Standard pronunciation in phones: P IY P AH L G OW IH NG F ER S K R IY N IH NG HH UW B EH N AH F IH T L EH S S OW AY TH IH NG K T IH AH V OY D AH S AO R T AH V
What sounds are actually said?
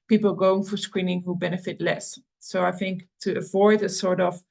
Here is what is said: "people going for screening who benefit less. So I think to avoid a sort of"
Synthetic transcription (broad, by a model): P IY P L G OW IH NG F ER S K R IY N IH NG HH UW B EH N AH F IH T L EH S S OW AY TH IH NG K T IH AH V OY D AH S AO R T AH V